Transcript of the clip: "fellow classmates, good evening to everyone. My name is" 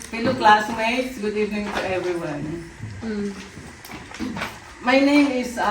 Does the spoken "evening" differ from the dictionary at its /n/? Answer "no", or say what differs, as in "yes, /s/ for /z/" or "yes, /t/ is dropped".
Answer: yes, /n/ is dropped